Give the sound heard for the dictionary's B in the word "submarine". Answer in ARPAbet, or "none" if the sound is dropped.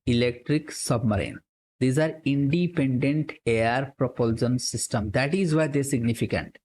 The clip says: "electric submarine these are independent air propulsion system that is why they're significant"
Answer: B